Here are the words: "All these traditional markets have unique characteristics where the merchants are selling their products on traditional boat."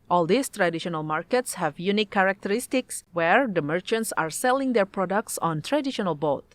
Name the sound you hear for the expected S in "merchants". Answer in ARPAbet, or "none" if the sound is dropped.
S